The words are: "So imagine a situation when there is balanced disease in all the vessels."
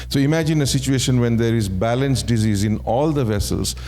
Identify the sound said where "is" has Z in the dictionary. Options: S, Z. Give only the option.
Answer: Z